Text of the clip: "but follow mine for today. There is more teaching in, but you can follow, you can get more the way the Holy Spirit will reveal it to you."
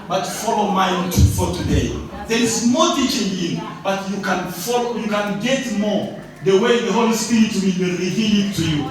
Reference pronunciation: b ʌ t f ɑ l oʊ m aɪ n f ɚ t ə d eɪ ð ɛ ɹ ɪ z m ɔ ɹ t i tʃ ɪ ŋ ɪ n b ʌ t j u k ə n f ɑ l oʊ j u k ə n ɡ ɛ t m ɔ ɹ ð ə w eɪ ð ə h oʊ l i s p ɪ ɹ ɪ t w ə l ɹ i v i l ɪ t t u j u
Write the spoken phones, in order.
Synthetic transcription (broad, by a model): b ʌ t f ɑ l oʊ m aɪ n f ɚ t ə d eɪ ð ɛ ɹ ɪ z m ɔ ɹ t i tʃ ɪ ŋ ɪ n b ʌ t j u k ə n f ɑ l oʊ j u k ə n ɡ ɛ t m ɔ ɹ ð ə w eɪ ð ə h oʊ l i s p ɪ ɹ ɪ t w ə w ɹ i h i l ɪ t t u j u